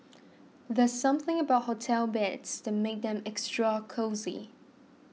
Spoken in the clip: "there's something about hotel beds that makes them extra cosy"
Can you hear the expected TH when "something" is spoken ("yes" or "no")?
yes